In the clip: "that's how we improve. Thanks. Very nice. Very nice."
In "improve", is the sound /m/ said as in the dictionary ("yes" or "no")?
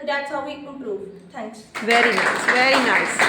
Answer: no